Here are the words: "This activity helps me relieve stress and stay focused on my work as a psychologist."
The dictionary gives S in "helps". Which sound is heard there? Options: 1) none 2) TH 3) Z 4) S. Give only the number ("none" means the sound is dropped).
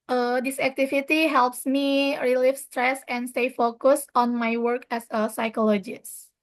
4